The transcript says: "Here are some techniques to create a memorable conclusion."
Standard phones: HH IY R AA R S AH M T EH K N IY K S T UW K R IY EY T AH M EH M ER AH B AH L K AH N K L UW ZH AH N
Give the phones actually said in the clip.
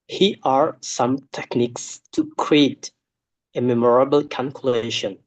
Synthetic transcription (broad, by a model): HH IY AA R S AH M T EH K N IY K S T UW K R IY EY T AH M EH M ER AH B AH L K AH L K L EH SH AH N